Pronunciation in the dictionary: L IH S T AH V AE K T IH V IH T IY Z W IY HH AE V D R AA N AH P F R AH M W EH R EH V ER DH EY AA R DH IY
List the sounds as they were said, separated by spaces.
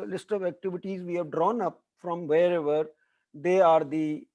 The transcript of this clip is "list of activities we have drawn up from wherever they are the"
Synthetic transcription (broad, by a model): L IH S T AH V AE K T IH V IH T IY Z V IY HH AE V D R AA N AH P F R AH M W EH R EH V ER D EY AA R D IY